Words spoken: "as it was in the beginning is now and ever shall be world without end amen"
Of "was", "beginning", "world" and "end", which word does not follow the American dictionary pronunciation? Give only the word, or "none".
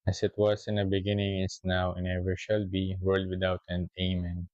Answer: was